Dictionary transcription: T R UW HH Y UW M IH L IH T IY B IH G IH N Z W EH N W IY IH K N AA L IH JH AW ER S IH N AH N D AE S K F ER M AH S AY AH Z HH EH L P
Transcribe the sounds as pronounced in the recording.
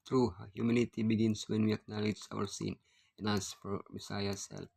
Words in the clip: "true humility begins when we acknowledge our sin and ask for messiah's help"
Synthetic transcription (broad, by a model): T R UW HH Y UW M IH N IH T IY B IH G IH N S W EH N W IY IH K N AA L IH JH AW ER S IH N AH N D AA S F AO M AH S AY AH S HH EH L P